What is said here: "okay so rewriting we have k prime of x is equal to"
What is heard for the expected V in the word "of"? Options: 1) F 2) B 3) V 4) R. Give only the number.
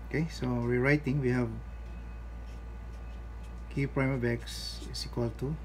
2